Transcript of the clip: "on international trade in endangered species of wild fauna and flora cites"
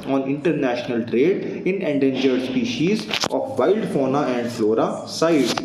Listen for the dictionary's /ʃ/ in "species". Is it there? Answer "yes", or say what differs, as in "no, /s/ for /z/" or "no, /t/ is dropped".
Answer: yes